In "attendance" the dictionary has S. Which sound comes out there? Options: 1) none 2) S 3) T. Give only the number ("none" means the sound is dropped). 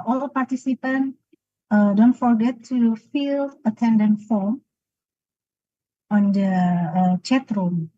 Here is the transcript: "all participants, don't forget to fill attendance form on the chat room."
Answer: 1